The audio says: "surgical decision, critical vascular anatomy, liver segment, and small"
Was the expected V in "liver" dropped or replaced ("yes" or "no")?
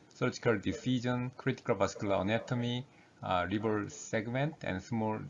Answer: yes